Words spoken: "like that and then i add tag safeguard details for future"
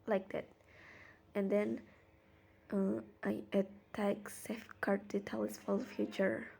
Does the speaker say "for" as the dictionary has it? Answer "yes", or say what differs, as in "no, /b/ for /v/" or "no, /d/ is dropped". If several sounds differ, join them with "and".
no, /l/ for /ɹ/